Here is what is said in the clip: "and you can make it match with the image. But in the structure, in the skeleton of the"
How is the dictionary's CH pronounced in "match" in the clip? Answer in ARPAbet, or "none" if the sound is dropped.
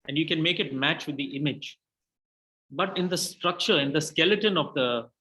CH